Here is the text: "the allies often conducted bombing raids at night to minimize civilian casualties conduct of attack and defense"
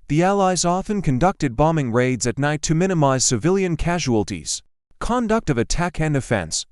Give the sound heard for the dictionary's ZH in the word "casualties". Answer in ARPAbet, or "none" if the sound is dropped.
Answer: ZH